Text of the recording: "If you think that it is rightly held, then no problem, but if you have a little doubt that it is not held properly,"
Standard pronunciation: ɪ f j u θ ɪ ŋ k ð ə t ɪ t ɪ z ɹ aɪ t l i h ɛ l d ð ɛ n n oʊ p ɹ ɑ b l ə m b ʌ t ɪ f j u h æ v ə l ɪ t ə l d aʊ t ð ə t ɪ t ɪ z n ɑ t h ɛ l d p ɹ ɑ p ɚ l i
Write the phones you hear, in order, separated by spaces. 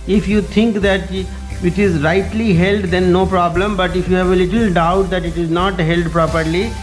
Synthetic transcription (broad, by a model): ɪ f j u t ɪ ŋ k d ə t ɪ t ɪ z ɹ aɪ t l i h ɛ l d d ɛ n n oʊ p ɹ ɑ b l ə m b ʌ t ɪ f j u h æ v ə l ɪ t ə l d aʊ t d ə t ɪ t ɪ z n ɑ t h ɛ l d p ɹ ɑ p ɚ l i